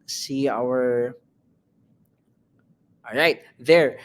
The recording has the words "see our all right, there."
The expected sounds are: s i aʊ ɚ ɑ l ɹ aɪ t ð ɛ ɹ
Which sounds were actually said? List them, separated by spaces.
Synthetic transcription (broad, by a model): s i aʊ ɚ ɑ l ɹ aɪ t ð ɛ ɹ